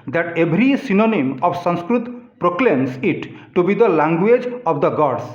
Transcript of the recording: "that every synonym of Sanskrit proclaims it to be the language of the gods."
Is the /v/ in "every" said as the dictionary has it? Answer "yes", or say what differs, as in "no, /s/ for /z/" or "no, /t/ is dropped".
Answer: no, /b/ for /v/